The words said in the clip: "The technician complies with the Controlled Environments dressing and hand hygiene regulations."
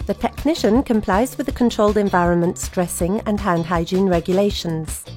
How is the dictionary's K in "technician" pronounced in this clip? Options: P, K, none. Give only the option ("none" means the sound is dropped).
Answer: K